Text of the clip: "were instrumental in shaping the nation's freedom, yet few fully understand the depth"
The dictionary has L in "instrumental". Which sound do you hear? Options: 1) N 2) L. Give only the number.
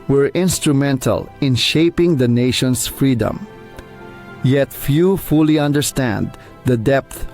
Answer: 2